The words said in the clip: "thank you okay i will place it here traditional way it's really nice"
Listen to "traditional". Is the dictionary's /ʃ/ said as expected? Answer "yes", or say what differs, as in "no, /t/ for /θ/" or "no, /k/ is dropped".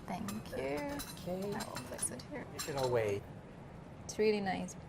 no, /ʃ/ is dropped